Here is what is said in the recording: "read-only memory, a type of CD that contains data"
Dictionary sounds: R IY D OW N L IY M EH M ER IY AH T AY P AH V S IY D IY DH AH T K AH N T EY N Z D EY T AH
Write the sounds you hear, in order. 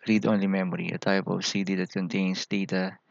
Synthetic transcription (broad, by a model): R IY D OW N L IY M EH M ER IY AH T AY P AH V S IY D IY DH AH T K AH N T EY N S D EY T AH